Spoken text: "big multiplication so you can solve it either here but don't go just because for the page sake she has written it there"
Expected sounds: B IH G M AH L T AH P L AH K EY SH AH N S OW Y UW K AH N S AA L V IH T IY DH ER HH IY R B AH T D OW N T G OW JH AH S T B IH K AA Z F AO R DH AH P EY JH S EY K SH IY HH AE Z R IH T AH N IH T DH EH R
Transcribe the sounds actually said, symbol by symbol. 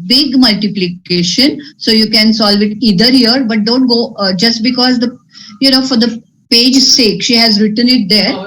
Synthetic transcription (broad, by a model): B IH G M AH L T AH P L AH K EY SH AH N S OW Y UW K AH N S AA L V IH T IY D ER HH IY R B AH T D OW N T G OW JH AH S T B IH K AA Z F AO R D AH P EY JH S EY K SH IY HH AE Z R IH T AH N IH T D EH R